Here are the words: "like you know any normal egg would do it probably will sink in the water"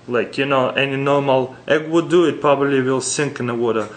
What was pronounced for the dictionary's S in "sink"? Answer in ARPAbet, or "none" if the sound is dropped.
S